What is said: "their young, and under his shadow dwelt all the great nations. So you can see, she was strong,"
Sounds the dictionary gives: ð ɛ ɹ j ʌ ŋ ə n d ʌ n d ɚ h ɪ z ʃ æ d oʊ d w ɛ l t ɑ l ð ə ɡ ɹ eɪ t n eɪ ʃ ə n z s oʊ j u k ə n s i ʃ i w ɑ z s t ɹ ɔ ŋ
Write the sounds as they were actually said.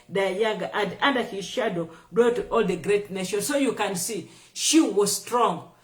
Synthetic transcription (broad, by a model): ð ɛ j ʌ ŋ ə n d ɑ n d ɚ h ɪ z ʃ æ d oʊ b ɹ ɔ t ɑ l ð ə ɡ ɹ eɪ t n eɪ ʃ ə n s oʊ j u k ə n s i ʃ i w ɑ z s t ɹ ɔ ŋ